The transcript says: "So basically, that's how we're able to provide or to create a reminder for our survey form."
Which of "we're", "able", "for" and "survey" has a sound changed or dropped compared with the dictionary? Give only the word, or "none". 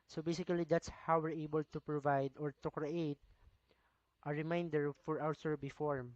survey